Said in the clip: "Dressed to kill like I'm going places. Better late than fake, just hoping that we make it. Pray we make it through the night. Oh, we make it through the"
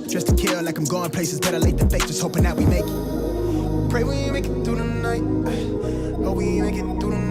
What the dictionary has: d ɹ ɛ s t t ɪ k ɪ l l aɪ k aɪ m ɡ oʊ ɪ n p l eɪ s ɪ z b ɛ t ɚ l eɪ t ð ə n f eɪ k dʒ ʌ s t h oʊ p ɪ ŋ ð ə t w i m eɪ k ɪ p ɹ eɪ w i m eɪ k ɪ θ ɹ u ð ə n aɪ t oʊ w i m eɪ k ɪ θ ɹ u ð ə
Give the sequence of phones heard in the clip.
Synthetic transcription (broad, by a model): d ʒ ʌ s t t ɪ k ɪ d l aɪ k aɪ m ɡ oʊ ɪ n p l eɪ s ɪ z b ɛ t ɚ l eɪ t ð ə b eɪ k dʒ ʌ s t h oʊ p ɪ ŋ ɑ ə t w i m eɪ k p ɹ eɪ w i m eɪ k ɪ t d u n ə n aɪ t oʊ w i m eɪ k ɪ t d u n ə